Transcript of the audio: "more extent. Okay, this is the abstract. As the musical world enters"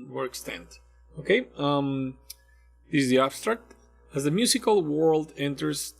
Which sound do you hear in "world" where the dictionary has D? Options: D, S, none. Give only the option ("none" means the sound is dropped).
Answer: D